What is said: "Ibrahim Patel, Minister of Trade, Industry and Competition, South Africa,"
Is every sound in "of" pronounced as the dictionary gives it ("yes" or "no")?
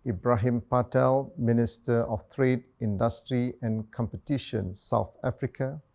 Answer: no